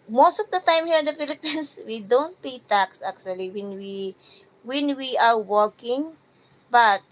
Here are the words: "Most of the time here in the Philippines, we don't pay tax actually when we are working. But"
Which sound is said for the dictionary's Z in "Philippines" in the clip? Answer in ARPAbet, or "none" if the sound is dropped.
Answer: S